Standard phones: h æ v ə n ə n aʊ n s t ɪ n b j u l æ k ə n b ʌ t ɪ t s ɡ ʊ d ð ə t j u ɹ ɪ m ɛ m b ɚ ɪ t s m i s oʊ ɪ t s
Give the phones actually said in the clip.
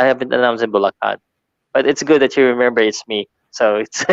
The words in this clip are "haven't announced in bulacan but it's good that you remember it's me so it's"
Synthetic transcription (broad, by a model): h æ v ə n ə n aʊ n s ɪ n b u l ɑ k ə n b ʌ t ɪ t s ɡ ʊ d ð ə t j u ɹ ɪ m ɛ m b ɚ ɪ t s m i s oʊ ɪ t s